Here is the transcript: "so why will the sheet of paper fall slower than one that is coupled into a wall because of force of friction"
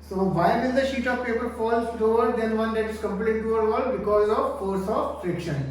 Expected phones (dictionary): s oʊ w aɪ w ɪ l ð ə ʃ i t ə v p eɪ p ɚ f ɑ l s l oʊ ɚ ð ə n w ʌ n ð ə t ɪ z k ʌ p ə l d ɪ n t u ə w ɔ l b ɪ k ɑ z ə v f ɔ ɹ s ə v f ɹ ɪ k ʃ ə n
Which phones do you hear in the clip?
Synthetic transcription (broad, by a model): s oʊ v aɪ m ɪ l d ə ʃ i t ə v p eɪ p ɚ f ɑ l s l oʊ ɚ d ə n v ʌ n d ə t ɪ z k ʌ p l ɪ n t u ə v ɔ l b ɪ k ɑ z ə v f ɔ ɹ s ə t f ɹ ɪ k ʃ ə n